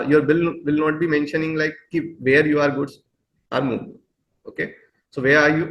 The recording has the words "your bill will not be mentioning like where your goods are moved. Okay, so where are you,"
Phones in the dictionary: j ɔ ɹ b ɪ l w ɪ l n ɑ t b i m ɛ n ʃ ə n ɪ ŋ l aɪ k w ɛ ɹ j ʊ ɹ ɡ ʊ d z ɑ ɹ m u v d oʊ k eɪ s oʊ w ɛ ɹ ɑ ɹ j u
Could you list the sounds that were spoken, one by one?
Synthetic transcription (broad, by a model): j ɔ ɹ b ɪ l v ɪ l n ɑ t b i m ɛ n ʃ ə n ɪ ŋ l aɪ k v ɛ ɹ j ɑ ɹ ɡ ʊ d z ɑ ɹ m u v oʊ k eɪ s oʊ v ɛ ɹ ɑ ɹ j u